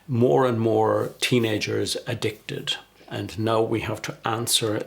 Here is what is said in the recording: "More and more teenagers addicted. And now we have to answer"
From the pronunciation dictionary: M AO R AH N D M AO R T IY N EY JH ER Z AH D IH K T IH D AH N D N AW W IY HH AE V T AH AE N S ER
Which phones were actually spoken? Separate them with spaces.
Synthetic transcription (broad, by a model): M AO R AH N M AO R T IY N EY JH ER Z AH D IH K T IH D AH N N AW W IY HH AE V T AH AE N S ER